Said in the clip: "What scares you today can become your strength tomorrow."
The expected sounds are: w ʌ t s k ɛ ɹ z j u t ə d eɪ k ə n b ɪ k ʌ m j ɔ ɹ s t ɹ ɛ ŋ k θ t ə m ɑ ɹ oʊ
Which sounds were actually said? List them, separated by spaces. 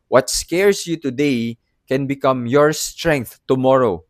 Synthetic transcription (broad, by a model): w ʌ t s k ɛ ɹ s j u t ə d eɪ k ə n b ɪ k ʌ m j ɔ ɹ s t ɹ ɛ ŋ k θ t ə m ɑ ɹ oʊ